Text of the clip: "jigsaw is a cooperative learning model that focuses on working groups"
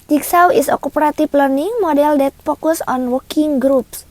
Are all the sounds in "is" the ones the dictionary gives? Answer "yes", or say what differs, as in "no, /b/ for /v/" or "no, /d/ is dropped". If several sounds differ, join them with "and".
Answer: no, /s/ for /z/